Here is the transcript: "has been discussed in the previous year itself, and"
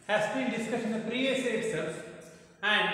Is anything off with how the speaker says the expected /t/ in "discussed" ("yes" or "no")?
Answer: yes